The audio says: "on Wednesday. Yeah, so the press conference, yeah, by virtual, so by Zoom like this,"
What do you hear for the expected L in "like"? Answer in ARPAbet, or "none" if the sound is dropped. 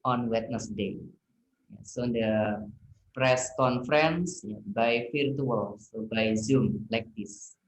L